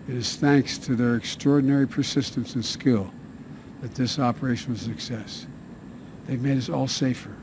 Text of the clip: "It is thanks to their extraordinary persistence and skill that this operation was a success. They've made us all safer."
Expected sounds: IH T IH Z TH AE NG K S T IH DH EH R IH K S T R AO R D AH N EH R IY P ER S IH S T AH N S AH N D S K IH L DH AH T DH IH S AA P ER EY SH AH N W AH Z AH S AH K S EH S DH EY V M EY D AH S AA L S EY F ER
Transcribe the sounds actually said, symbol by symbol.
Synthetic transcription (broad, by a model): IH T IH Z TH AE NG K S T IH DH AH R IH K S T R AO R D N EH R IY P ER S IH S T AH N S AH N S K IH L DH AH T DH IH S AA P ER EY SH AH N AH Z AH S AH K S EH S DH EY V M EY D AH S AA L S EY F ER